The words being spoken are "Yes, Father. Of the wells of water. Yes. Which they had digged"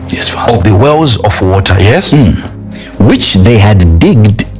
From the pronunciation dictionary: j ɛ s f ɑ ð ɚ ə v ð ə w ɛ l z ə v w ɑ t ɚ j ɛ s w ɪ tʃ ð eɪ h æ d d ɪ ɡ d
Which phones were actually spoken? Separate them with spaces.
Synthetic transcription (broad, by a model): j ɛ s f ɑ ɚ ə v ð ə w ɛ l z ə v w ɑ t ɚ j ɛ s w ɪ tʃ ð eɪ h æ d d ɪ ɡ d